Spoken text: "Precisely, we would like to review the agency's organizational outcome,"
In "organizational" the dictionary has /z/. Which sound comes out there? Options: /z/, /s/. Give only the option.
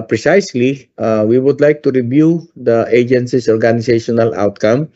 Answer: /s/